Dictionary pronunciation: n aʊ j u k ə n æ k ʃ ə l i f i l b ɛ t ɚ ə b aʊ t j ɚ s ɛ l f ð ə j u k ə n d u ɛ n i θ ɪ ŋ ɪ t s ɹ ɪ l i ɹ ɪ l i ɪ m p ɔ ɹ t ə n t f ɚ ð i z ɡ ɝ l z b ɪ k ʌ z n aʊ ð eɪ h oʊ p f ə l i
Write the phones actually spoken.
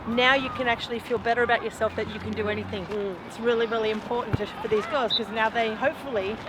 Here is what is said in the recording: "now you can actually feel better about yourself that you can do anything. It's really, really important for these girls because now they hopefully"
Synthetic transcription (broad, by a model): n aʊ j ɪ k ə n æ k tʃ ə l i f i l b ɛ t ɚ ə b aʊ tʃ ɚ s ɛ l f ð ə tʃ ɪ k ə n d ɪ ɛ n i θ ɪ ŋ ɪ t s ɹ ɪ l i ɹ ɪ l i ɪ m p ɔ ɹ t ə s t f ɚ ð i z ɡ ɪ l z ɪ k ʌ z n aʊ ð eɪ h oʊ p f l i